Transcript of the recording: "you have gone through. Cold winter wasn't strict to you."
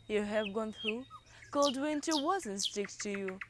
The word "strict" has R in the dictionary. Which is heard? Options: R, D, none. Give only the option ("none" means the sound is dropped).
none